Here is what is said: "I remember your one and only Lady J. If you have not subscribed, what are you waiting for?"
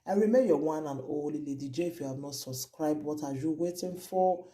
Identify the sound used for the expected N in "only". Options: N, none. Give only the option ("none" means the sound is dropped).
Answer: none